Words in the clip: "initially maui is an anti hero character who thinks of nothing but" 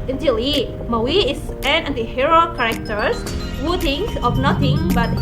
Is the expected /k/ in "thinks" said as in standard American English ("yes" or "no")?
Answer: no